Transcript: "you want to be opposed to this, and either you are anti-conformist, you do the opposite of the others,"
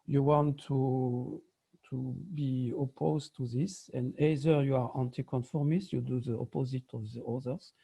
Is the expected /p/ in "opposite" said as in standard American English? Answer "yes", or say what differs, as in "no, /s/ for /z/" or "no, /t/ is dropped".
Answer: yes